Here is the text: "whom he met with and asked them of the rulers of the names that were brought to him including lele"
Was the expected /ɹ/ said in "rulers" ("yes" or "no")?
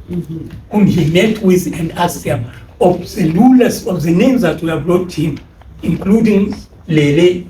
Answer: no